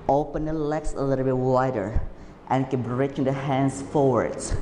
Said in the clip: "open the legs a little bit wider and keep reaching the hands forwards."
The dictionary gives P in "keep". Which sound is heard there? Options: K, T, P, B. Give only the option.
B